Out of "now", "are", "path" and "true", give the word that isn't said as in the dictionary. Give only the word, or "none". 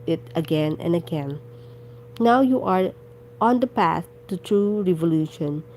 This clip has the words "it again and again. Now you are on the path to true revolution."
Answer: path